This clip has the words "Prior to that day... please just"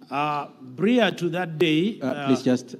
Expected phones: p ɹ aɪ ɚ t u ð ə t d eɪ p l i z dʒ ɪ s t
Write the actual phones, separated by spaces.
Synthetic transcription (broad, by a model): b ɹ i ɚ t u ð ə t d eɪ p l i s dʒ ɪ s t